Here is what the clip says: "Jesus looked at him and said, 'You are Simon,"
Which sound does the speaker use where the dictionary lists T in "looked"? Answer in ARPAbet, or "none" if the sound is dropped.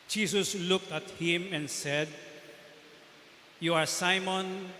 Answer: T